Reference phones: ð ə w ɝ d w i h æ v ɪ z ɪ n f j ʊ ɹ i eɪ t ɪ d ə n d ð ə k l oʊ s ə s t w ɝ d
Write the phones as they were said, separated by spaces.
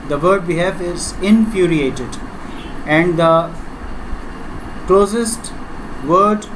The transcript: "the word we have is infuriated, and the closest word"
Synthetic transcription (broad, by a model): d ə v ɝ d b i h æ f ɪ z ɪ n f j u ɹ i eɪ t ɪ d ə n d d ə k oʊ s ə s t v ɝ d